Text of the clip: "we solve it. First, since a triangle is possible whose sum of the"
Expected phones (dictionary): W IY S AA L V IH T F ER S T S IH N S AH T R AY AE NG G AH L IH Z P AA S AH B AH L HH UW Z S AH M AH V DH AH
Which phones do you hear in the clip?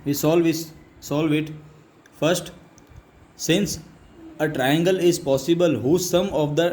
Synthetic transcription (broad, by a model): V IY S AA L V IH T F ER S T S IH N S AH T R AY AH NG G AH L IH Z P AA S AH B AH L HH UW S AH M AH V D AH